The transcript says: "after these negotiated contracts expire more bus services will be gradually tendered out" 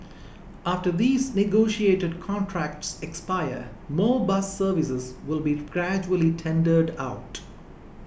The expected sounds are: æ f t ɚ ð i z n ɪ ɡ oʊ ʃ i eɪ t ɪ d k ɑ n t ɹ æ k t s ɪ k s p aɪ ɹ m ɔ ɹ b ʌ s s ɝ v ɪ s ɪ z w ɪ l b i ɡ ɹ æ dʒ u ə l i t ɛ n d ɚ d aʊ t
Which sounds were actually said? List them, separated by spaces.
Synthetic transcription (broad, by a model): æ f t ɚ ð i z n ɪ ɡ oʊ ʃ i eɪ t ɪ d k ɑ n t ɹ æ k t s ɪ k s p aɪ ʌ m ɔ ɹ b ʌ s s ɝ v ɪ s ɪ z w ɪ l b i ɡ ɹ æ dʒ u ə l i t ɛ n d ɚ d aʊ t